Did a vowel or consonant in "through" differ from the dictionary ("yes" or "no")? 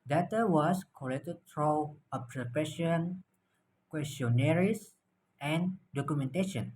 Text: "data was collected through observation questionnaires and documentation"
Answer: yes